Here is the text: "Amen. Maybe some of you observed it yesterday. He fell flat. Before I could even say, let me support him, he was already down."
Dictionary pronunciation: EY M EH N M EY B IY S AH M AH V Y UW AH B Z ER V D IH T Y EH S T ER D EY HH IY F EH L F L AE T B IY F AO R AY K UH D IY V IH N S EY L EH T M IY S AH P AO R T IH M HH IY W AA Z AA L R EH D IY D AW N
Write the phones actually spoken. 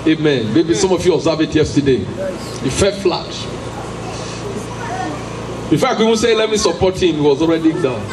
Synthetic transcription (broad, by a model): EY M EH N M EY B IY S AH M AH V Y UW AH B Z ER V IH T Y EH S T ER D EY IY F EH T F L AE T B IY F AO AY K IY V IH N S EY L EH T M IY S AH P AO T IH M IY W AA Z AA L R EH D IY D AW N